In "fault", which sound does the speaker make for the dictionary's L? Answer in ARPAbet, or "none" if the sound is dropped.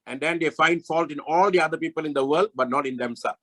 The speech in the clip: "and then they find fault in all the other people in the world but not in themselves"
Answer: L